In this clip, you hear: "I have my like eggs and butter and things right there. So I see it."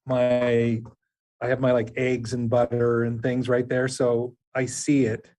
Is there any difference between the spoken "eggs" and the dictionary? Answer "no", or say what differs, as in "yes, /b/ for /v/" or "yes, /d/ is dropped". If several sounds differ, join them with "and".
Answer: no